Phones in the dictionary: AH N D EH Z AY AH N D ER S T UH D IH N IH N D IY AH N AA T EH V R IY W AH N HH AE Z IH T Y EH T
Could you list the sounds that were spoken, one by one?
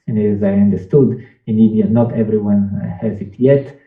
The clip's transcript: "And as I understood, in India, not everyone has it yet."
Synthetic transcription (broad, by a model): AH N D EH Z AY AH N D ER S T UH D IH N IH D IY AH N AA T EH V R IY W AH N HH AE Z IH T Y EH T